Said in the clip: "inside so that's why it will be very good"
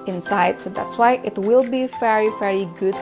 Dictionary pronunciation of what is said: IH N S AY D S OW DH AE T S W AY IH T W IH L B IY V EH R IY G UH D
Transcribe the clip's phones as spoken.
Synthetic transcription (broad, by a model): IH N S AY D S OW DH AE T S W AY IH T W IH L B IY V EH R IY G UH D